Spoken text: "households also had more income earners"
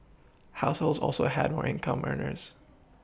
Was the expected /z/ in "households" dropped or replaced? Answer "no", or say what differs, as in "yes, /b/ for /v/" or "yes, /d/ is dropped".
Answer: no